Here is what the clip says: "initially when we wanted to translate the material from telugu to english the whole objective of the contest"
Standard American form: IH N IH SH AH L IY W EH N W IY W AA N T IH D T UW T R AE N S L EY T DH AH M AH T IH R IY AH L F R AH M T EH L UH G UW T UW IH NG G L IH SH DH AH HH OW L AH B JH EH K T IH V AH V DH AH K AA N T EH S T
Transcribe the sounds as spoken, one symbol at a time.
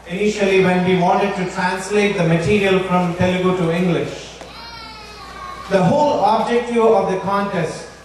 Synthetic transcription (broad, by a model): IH N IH SH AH L IY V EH N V IY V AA N T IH D T UW T R AE N S L EY T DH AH M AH T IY R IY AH L F R AH M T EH L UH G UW T UW IH NG G L IH SH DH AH HH OW L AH B JH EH K T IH AH V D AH K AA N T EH S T